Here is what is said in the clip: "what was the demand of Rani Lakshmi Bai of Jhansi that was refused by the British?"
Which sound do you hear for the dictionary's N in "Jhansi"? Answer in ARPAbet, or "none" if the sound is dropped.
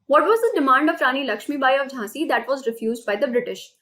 none